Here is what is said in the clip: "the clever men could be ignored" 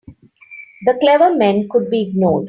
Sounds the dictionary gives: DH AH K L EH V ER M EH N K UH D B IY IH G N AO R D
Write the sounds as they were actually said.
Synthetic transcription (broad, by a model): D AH K L EH V ER M EH N K UH D B IY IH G N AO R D